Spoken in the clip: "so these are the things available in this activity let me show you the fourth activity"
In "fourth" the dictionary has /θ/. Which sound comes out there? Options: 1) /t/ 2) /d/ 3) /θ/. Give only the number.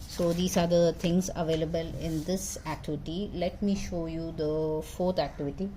1